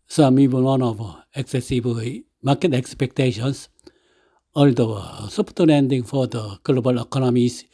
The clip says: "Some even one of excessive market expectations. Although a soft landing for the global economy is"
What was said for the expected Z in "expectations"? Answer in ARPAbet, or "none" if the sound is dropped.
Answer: S